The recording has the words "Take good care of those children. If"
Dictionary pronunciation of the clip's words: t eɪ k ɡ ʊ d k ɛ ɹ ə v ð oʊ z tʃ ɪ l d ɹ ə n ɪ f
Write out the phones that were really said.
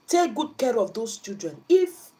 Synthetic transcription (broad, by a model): t eɪ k ɡ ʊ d k ɛ ɹ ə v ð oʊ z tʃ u d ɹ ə n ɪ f